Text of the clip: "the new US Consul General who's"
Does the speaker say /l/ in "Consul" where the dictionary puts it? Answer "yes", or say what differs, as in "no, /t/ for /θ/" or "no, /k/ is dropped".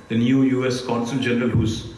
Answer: no, /n/ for /l/